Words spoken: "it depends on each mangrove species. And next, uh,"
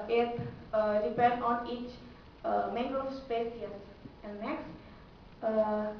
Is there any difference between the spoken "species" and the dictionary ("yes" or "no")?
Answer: yes